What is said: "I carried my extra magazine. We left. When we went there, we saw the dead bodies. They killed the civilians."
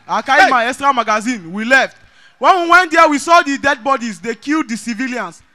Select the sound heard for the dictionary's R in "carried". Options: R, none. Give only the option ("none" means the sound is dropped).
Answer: none